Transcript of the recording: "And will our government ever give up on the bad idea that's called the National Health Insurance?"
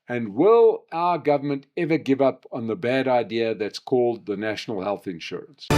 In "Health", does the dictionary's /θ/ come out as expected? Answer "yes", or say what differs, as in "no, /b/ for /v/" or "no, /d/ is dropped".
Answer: yes